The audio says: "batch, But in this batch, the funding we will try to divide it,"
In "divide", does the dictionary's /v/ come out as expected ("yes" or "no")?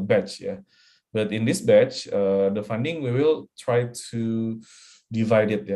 yes